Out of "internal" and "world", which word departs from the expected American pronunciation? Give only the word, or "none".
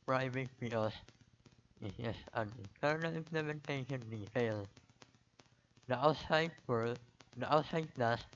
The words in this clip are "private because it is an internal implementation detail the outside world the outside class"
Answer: world